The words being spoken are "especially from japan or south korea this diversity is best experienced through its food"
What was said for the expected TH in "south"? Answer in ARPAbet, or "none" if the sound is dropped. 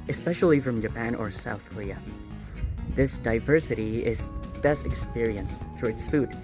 TH